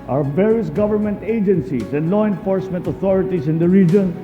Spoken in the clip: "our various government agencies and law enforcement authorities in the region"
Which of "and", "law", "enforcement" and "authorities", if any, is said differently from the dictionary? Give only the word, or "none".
authorities